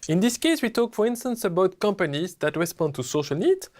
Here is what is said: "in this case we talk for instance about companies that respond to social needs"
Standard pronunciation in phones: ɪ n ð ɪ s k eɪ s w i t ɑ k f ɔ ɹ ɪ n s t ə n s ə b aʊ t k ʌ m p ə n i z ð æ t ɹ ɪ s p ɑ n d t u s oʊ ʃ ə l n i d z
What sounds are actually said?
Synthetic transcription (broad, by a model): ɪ n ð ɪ s k eɪ s w i t ɑ k f ɔ ɹ ɪ n s t ə n s ə b aʊ t k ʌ m p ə n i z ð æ t ɹ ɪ s p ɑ n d t u s oʊ ʃ ə l n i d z